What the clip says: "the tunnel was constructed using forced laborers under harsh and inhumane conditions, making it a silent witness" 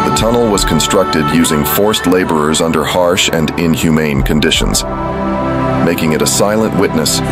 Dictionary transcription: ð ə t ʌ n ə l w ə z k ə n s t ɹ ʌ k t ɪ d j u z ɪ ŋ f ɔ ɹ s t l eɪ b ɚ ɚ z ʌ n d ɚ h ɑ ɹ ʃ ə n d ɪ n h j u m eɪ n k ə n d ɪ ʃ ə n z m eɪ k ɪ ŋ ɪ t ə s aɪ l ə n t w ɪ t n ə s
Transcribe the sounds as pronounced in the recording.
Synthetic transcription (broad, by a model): ð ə t ʌ n l w ə z k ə n s t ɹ ʌ k t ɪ d j u z ɪ ŋ f ɔ ɹ s t l eɪ b ɚ ɚ z ʌ n d ɚ h ɑ ɹ ʃ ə n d ɪ n h j u m eɪ n k ə n d ɪ ʃ ə n z m eɪ k ɪ ŋ ɪ t ə s aɪ l ə n t w ɪ t n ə s